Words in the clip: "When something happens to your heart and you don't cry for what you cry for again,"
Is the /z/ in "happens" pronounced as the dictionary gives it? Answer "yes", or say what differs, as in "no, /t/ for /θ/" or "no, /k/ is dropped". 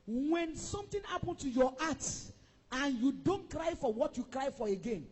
no, /z/ is dropped